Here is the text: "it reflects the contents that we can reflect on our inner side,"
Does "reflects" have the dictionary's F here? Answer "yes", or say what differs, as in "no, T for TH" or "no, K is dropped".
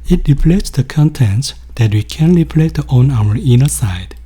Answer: no, P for F